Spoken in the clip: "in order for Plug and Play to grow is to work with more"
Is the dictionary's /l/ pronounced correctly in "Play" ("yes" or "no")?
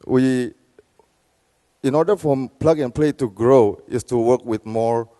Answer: yes